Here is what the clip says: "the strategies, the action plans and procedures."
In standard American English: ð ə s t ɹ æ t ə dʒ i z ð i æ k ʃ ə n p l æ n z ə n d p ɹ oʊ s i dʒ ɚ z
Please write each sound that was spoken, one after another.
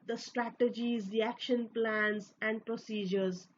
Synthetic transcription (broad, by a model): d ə s t ɹ æ t ə dʒ i z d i æ k ʃ ə n p l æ n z ə n d p ɹ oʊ s i dʒ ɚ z